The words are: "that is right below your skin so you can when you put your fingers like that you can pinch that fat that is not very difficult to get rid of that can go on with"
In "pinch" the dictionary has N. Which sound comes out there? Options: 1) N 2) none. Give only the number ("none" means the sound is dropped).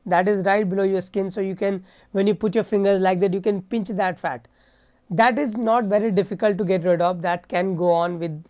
1